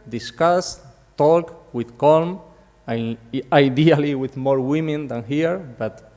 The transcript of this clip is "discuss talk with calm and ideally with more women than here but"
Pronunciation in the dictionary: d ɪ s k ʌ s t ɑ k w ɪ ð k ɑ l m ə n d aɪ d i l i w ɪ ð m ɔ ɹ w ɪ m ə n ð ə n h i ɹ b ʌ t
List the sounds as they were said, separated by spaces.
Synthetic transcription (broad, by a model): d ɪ s k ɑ s t ɑ k w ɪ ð k ɑ l m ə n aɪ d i l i w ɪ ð m ɔ ɹ w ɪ m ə n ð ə n h i ɹ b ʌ t